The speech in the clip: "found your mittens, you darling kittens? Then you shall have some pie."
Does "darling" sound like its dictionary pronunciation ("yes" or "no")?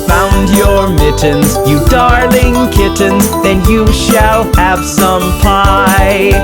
yes